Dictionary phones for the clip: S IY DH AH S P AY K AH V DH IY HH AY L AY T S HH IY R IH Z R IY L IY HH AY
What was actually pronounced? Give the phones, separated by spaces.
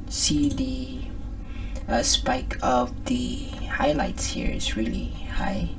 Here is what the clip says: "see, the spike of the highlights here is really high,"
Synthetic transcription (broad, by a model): S IY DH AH S P AY K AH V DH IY HH AY L AY T S HH IY R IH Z R IY L IY HH AY